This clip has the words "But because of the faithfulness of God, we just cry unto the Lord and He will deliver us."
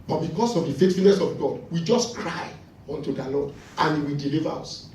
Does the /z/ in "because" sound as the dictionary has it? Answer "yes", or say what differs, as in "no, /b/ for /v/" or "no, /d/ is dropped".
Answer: no, /s/ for /z/